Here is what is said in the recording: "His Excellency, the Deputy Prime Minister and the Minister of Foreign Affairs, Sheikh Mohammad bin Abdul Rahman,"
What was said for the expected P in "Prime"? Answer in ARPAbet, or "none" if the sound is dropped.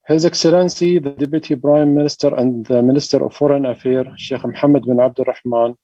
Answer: B